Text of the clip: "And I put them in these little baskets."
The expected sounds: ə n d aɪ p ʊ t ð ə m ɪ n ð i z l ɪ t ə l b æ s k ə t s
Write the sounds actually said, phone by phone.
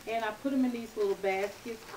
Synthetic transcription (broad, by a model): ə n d aɪ p ʊ t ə m ɪ n ð i z l ɪ t l b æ s k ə t s